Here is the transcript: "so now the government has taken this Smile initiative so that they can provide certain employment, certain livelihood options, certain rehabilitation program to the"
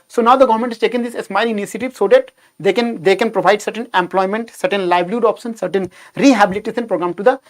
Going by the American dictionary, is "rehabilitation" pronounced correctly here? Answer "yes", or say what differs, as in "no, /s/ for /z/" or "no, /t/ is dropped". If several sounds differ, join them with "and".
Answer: no, /s/ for /ʃ/